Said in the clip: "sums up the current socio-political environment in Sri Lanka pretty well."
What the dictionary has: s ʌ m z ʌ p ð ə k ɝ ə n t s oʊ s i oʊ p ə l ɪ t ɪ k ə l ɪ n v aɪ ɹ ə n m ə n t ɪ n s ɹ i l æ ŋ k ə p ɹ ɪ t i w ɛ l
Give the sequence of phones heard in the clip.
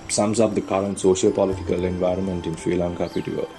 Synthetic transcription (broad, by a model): s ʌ m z ʌ p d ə k ɝ ə n t s oʊ ʃ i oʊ p ə l ɪ t ɪ k ə l ɪ n v aɪ ɹ ə n m ə n t ɪ n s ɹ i l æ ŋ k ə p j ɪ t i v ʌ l